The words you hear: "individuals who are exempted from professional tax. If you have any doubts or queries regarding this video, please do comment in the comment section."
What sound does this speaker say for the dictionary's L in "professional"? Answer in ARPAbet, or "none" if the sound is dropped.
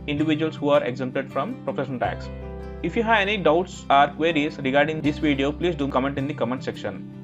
N